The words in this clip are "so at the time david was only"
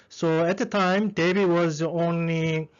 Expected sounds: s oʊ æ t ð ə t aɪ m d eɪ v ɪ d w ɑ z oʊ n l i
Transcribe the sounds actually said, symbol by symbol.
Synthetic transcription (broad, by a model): s oʊ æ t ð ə t aɪ m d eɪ b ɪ w ɑ z oʊ n l i